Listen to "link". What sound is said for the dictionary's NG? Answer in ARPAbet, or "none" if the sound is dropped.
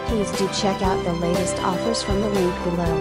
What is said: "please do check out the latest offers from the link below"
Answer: none